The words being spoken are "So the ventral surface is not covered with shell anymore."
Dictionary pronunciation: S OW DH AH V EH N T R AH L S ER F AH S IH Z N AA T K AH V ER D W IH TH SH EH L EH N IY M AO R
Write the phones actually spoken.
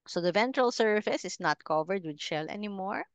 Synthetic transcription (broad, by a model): S OW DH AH V EH N T R AH L S ER F AH S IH S N AA T K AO V ER D W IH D SH EH L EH N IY M AO R